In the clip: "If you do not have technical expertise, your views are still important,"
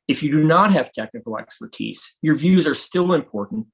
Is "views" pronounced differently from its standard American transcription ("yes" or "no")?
no